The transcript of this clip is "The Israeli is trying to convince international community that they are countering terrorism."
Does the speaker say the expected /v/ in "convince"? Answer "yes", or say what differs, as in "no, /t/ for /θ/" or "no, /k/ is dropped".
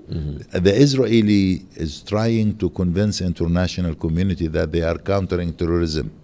yes